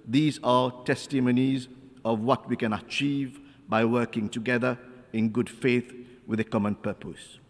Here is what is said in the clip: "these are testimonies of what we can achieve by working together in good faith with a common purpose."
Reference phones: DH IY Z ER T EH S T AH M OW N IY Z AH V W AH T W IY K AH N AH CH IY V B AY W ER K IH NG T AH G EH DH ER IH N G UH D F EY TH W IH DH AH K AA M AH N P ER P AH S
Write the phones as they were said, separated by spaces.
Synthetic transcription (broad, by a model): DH IY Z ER T EH S T AH M OW N IY Z AH V W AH T W IY K AH N AH CH IY V B AY W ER K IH NG T AH G EH DH ER IH N G UH D F EY TH W IH DH AH K AA M AH N P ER P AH S